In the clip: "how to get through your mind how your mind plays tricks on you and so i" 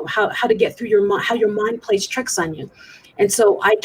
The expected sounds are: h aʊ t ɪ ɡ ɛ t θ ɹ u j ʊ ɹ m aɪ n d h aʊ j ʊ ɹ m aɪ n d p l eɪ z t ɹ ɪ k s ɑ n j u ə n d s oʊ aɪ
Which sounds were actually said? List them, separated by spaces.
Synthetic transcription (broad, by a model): h aʊ t ɪ ɡ ɛ t θ ɹ u j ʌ ɹ m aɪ h aʊ j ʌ ɹ m aɪ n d p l eɪ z t ɹ ɪ k s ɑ n j u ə n s oʊ aɪ